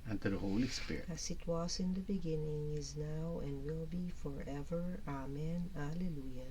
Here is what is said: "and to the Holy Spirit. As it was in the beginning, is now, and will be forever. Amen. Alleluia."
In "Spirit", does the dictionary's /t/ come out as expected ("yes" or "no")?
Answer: no